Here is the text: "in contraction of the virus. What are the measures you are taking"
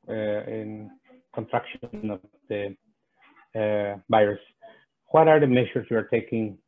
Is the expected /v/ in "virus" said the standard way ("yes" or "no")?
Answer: no